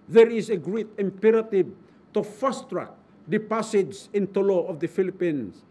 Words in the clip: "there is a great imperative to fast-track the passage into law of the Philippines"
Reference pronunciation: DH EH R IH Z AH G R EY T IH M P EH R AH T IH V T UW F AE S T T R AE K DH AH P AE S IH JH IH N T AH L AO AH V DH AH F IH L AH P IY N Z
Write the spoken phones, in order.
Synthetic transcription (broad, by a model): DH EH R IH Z AH G R EY T IH M P EH R AH T IH V T UW F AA S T T R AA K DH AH P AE S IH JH IH N T AH L AO AH V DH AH F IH L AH P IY N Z